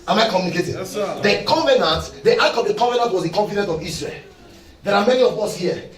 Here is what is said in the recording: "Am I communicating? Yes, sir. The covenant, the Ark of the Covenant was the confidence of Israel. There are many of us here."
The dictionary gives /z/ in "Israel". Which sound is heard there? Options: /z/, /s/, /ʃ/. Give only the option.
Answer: /s/